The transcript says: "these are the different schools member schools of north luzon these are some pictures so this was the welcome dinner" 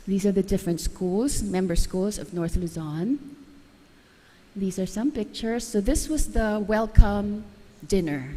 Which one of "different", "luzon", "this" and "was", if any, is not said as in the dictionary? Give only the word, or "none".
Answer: none